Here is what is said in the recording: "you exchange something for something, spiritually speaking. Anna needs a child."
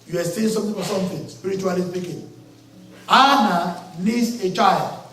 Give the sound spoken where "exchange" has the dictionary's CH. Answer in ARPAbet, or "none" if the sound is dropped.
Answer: none